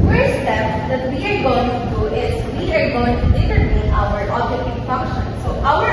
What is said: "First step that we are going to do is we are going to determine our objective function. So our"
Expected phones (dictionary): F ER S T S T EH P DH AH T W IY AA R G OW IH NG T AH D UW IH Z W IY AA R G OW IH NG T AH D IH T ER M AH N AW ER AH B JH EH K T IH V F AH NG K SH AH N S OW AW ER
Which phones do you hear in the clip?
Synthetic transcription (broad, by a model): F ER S S T EH P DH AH T W IY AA R G OW IH NG T AH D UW IH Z W IY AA R G OW IH NG T AH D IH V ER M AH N AW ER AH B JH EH T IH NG F AH NG K SH AH N S OW AW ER